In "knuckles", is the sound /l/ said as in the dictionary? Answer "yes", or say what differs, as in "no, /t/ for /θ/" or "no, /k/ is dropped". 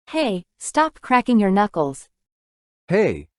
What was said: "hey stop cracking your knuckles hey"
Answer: yes